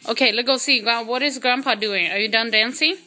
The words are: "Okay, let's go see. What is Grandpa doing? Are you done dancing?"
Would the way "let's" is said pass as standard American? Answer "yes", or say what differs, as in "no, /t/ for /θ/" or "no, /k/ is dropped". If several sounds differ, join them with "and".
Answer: no, /s/ is dropped